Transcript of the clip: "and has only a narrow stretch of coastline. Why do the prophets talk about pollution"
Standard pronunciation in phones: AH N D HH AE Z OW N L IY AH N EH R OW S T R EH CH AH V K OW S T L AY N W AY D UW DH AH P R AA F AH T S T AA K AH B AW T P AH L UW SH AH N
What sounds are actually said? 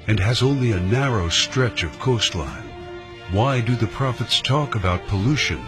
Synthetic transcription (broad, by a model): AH N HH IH Z OW N L IY AH N EH R OW S T R EH CH AH V K OW S T L AY N W AY D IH DH AH P R AA F AH T S T AA K AH B AW T P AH L UW SH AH N